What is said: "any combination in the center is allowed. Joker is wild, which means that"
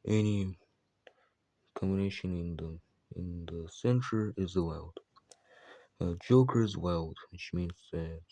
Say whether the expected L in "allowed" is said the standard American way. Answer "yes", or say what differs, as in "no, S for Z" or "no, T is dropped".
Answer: no, W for L